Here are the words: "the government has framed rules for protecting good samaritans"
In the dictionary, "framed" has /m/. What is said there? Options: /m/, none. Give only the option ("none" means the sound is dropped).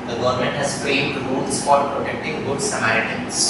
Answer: none